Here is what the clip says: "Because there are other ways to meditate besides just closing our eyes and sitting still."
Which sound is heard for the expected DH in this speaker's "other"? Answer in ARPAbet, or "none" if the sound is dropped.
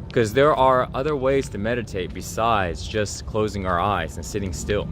DH